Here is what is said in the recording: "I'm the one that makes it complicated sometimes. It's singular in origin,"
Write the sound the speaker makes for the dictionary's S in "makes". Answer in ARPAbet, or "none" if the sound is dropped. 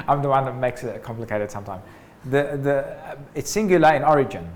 S